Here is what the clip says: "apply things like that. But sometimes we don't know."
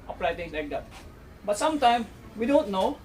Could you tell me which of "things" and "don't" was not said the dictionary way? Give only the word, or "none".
things